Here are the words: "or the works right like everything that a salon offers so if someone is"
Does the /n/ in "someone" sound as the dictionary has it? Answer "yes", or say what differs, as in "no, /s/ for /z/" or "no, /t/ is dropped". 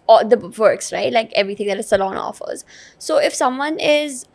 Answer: yes